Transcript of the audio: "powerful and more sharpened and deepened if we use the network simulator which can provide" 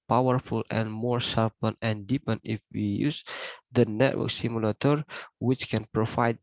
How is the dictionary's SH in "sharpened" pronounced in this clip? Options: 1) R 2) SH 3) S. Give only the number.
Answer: 3